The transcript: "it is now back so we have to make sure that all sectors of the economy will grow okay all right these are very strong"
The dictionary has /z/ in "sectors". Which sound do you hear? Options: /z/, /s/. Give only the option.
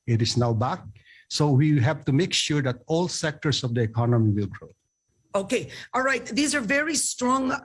/s/